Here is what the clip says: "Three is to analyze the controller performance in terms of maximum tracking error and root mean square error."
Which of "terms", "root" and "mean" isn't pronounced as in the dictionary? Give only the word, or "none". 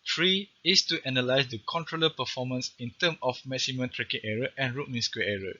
terms